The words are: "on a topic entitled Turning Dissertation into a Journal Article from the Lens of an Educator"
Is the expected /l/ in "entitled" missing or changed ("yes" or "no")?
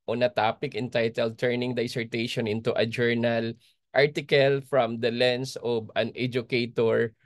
no